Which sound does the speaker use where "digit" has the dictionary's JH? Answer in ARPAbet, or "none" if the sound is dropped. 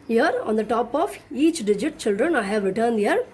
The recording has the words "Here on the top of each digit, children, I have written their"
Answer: JH